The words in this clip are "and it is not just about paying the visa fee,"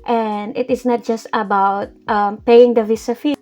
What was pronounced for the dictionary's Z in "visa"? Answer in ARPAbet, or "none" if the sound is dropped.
S